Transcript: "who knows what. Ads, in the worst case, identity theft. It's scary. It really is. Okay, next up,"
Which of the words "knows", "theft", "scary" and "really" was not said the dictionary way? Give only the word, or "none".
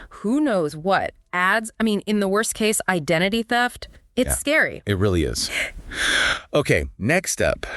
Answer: none